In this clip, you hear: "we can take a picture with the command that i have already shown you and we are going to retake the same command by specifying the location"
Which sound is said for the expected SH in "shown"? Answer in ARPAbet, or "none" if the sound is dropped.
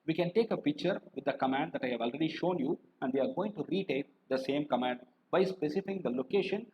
SH